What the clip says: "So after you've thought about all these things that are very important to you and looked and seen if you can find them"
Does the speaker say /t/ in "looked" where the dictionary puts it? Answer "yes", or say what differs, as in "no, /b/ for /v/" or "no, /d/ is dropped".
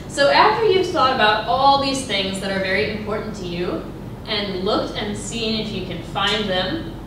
yes